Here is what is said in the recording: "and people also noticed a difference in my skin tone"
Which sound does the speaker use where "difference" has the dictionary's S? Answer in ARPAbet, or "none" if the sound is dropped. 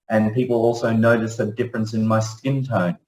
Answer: S